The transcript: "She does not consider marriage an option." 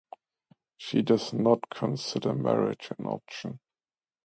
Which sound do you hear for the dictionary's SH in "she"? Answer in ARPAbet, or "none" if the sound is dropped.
SH